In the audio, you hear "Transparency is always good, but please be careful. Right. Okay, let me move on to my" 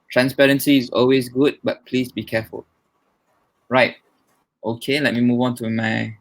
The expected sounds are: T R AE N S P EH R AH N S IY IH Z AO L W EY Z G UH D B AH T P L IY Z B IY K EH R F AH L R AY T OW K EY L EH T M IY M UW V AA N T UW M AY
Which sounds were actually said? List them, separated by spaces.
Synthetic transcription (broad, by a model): T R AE N S P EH R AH N S IY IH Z AO L W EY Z G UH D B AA T P L IY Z B IY K EH F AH L R AY T OW K EY L EH T M IY M UW V AA N T UW M AY